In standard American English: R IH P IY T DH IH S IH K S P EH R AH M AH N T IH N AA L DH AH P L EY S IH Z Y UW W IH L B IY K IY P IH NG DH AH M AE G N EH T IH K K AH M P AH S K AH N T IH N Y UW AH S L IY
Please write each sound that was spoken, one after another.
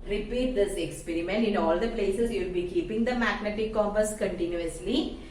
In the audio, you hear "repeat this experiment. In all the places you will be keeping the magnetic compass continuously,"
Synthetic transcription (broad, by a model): R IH P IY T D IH S IH K S P EH R AH M AH N T IH N AA L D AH P L EY S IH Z Y UW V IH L B IY K IY P IH NG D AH M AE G N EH T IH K K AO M AH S K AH N T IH N Y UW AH S L IY